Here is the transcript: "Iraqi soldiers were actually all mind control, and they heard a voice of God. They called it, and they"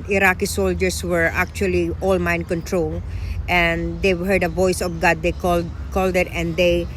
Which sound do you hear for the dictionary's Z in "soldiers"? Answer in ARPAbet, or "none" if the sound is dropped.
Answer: S